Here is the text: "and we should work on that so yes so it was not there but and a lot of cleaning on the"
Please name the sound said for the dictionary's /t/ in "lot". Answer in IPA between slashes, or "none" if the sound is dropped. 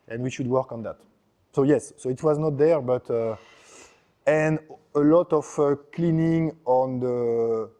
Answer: /t/